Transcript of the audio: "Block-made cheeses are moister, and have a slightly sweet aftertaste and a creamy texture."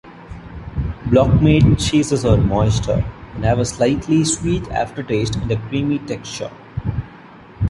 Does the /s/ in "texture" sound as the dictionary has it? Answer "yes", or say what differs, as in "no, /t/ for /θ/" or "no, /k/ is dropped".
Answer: yes